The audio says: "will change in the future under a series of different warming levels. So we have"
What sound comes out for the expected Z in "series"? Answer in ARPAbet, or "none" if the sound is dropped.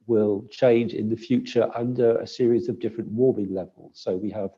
Z